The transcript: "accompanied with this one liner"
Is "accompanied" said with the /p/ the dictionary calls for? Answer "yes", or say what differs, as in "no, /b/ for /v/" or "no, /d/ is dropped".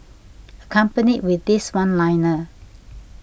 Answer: yes